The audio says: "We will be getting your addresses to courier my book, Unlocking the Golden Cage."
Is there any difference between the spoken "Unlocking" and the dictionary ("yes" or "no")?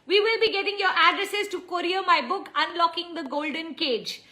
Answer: no